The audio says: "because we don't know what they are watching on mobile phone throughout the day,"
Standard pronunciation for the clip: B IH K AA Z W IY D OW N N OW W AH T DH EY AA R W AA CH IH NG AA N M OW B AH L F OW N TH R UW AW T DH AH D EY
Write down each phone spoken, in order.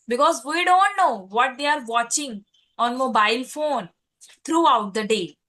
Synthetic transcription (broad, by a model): B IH K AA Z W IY D OW N N OW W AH T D EY AA R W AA CH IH NG AA N M OW B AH L F OW N T R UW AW T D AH D EY